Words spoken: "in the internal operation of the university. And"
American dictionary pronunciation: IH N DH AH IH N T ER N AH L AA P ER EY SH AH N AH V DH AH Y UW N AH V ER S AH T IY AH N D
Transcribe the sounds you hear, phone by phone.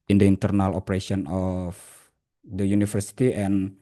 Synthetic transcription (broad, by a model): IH N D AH IH N T ER N AH L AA P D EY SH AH N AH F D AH Y UW N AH F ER S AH T IY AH N